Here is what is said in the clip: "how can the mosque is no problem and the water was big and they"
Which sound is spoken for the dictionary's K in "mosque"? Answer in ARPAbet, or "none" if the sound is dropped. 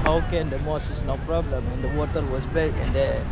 none